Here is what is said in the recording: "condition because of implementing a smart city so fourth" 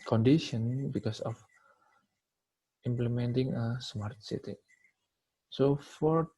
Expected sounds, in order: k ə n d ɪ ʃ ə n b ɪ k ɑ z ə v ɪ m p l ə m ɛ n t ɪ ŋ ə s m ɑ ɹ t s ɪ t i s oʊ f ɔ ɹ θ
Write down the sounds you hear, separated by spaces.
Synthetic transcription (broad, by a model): k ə n d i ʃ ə n b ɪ k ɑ s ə f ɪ m p l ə m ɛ n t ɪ ŋ ə s m ɑ ɹ t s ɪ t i s oʊ f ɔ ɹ